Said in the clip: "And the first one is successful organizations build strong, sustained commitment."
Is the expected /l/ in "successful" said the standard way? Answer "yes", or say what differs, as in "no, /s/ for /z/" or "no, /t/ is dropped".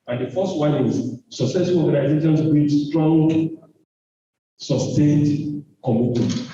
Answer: no, /n/ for /l/